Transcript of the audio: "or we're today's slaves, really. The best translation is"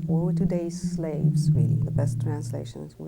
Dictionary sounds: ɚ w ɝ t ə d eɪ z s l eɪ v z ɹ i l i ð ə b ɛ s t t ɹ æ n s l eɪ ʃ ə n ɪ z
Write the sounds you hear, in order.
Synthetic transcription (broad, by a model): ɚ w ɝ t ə d eɪ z s l eɪ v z w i i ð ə b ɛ s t t ɹ æ n s l eɪ ʃ ə n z